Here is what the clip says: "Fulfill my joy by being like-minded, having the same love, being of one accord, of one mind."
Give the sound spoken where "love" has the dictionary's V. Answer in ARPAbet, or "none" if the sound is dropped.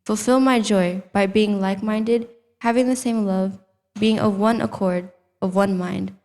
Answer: V